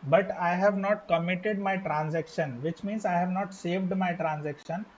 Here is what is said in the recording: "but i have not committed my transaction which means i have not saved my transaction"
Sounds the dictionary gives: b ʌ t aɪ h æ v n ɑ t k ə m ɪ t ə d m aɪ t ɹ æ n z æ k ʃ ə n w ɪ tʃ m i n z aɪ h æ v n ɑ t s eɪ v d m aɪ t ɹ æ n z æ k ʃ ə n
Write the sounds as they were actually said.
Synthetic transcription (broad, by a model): b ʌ t aɪ h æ v n ɑ t k ə m ɪ t ə d m aɪ t ɹ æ n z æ k ʃ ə n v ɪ tʃ m i n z aɪ h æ v n ɑ t s eɪ v d m aɪ t ɹ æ n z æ k ʃ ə n